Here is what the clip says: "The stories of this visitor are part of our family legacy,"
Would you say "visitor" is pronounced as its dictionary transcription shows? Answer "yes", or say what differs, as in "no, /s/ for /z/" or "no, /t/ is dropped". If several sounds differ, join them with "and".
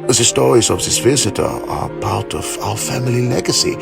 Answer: yes